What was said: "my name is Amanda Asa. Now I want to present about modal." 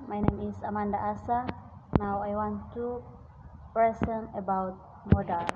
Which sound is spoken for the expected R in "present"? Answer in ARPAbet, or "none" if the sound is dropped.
none